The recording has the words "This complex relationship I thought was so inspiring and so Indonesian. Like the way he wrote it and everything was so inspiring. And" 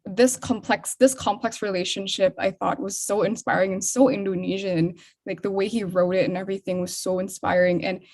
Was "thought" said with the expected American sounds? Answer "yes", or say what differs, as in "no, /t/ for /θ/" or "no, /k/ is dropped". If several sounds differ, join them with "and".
yes